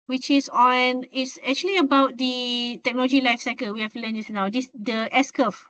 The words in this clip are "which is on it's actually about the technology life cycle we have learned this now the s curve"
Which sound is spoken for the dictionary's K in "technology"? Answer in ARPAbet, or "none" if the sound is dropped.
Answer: K